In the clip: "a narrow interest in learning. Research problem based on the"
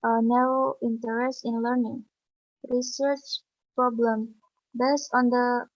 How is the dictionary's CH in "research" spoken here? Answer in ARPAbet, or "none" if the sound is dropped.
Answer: CH